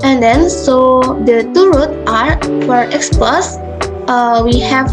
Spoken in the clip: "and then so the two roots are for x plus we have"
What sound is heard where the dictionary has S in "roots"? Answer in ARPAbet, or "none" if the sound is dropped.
none